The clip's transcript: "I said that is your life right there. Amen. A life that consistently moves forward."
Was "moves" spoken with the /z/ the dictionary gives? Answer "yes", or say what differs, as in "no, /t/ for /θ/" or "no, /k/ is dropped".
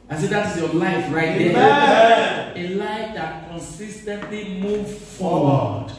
no, /z/ is dropped